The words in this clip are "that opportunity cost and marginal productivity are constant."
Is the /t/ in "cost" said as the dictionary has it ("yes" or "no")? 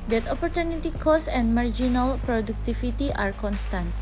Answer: no